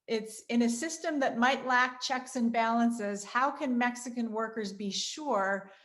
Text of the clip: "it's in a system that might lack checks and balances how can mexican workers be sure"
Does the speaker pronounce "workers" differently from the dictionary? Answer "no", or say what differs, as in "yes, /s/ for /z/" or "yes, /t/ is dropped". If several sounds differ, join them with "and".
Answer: no